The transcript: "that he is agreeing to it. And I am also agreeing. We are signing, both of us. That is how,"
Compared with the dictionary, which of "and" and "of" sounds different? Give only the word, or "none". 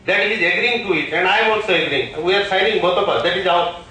of